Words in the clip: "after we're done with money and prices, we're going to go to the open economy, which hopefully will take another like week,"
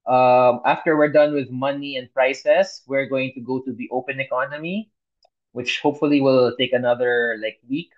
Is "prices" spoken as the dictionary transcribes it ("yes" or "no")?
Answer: no